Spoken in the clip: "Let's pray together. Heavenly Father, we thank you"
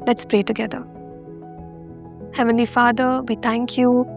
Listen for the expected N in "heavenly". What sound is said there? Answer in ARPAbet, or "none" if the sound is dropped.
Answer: N